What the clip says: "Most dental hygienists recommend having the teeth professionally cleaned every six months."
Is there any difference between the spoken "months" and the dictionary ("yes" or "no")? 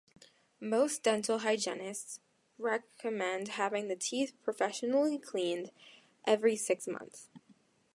no